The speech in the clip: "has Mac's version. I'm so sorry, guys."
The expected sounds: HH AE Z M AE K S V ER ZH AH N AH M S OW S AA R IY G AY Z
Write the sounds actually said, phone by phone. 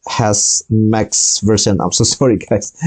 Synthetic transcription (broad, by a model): HH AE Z M AE K S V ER S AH N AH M S OW S AA R IY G AY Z